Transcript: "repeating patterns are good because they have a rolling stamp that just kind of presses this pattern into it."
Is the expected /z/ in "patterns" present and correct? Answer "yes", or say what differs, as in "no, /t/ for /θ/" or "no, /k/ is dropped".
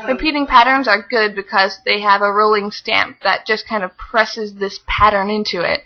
yes